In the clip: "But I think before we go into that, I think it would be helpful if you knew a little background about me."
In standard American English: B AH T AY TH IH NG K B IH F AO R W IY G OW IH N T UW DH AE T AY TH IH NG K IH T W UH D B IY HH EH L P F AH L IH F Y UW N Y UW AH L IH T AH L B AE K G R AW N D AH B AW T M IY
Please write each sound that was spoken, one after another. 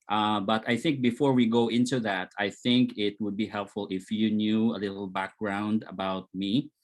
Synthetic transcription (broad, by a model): B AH T AY TH IH NG K B IH F AO R W IY G OW IH N T UW DH AE T AY TH IH NG K IH T W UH D B IY HH EH L P F AH L IH F Y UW N Y UW AH L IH T L B AE K G R AW N D AH B AW T M IY